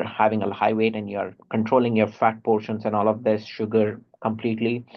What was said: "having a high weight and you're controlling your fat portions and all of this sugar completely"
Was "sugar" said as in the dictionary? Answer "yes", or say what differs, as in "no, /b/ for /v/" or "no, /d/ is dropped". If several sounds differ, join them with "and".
yes